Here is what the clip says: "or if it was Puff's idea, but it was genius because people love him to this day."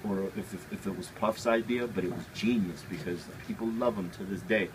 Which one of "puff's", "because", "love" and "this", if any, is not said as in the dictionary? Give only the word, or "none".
none